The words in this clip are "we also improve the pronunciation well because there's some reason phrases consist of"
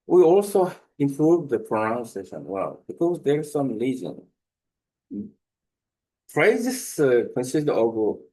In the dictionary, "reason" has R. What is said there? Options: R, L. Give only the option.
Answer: L